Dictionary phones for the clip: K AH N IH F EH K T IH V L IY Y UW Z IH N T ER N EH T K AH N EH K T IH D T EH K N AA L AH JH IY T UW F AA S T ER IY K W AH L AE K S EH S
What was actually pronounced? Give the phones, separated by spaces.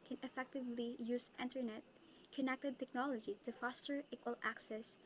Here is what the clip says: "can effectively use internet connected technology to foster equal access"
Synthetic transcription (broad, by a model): K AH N IH F EH K T IH V L IY Y UW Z IH N T ER N EH T K AH N EH K T IH D T EH K N AA L AH JH IY T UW F AA S T ER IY K W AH L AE K S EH S